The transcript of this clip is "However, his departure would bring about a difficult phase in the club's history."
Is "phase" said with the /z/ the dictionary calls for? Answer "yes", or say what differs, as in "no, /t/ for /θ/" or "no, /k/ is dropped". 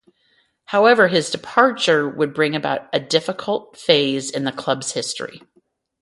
yes